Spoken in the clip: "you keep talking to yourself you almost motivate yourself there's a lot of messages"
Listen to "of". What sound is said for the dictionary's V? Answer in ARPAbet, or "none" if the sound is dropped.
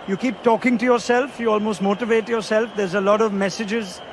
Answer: V